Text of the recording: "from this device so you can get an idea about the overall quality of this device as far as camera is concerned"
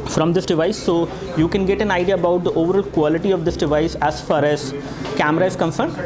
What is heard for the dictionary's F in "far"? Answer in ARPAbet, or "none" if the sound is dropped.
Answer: F